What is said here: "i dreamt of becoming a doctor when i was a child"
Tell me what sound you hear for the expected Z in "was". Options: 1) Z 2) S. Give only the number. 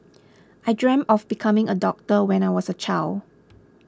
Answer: 2